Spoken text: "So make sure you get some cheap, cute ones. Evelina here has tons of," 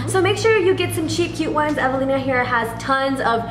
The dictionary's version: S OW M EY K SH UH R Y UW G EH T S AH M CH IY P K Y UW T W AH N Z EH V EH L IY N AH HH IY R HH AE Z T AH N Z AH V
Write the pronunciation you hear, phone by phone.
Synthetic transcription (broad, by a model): S OW M EY K SH UH R Y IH G EH T S AH M CH IY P K Y UW T W AH N Z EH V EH L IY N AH HH IY R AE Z T AH N Z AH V